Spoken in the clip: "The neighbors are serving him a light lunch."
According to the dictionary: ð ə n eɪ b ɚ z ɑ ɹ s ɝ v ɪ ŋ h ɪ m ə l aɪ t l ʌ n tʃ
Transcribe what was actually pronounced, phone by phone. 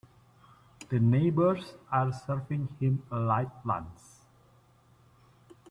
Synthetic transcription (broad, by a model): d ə n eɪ b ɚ s ɑ ɹ s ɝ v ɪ ŋ h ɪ m ə l aɪ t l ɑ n s